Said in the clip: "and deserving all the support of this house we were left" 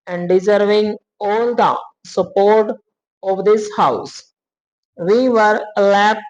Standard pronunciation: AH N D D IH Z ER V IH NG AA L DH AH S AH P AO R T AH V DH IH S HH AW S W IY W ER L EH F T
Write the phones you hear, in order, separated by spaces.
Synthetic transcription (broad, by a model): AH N D D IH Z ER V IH NG AA L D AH S AH P AO R T AH V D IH S HH AW S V IY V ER L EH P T